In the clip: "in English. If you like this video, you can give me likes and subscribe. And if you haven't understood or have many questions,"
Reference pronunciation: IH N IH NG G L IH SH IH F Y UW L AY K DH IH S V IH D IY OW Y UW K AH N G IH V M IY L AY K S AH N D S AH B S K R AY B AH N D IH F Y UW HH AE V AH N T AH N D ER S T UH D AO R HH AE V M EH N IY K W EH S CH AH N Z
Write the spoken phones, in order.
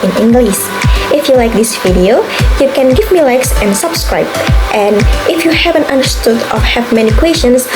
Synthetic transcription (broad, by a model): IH N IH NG G L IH S IH F Y UW L AY K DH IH S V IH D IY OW Y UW K AH N G IH V M IY L AY K S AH N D S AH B S K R AY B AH N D IH F Y UW HH AE V AH N T AH N D ER S T UH D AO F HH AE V M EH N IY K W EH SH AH N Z